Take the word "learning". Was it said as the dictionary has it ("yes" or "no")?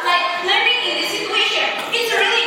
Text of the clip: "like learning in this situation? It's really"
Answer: no